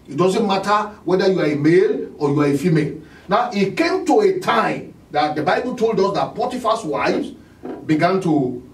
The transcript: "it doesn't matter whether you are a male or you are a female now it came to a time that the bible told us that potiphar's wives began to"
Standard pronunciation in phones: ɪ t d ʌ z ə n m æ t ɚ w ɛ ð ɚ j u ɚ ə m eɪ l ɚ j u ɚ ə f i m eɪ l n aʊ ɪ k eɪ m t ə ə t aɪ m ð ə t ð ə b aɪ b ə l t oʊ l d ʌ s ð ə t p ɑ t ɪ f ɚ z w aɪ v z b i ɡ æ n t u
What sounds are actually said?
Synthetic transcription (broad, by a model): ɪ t d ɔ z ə n m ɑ t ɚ w ɛ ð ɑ j u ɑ ə m eɪ l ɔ j u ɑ ə f i m eɪ l n aʊ ɪ k eɪ m t ə ə t aɪ m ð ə t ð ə b aɪ b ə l t oʊ l d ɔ s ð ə t p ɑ t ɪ f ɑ s w aɪ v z b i ɡ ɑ n t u